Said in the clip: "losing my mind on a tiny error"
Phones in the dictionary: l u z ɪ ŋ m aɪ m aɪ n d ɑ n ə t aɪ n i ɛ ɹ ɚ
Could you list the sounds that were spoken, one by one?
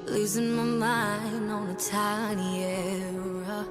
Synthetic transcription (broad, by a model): l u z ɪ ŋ m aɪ m aɪ n ɑ n ə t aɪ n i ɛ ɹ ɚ